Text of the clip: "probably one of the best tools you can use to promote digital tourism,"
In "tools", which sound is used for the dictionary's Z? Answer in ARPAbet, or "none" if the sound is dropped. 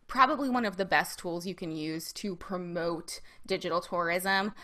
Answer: Z